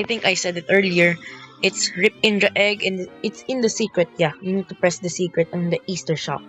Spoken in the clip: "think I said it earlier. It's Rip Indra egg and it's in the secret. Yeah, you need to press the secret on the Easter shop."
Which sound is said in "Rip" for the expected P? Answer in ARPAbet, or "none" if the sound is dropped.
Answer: P